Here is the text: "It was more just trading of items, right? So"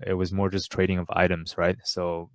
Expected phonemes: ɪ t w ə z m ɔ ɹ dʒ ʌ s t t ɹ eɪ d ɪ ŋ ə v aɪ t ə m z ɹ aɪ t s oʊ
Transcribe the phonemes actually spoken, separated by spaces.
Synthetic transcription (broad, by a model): ɪ t w ə z m ɔ ɹ dʒ ʌ s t t ɹ eɪ d ɪ ŋ ə v aɪ t ə m z ɹ aɪ t s oʊ